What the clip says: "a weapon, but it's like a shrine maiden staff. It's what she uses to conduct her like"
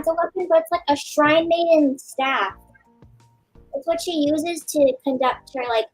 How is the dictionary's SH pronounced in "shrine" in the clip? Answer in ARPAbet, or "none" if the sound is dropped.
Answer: SH